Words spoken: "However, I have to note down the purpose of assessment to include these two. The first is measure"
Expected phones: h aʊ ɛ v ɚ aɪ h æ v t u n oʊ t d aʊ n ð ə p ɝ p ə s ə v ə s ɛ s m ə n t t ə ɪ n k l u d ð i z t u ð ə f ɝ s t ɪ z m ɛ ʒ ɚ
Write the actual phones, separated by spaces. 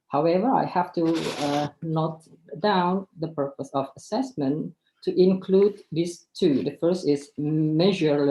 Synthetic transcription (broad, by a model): h aʊ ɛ v ɚ aɪ h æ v t u n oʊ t d aʊ n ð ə p ɝ p ə s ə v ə s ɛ s m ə n t t ɪ n k l u d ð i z t u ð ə f ɝ s t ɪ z m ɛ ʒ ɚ